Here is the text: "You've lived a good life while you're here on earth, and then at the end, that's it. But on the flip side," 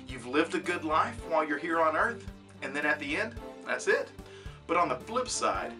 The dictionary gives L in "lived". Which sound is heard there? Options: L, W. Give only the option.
L